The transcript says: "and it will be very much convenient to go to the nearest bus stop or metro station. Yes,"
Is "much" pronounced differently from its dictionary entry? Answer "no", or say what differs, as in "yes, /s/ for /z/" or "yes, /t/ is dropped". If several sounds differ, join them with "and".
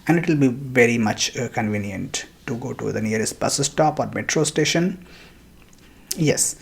no